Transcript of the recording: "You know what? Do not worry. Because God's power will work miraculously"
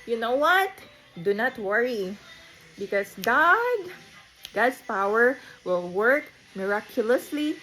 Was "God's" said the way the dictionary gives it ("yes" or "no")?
no